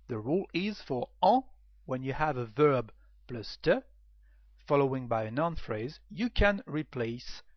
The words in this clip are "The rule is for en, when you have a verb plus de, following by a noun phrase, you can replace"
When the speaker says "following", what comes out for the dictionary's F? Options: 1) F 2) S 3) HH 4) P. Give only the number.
1